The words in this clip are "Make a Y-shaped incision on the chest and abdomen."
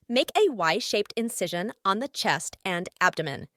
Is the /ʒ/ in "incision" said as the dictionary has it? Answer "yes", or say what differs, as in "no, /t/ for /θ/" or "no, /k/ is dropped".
yes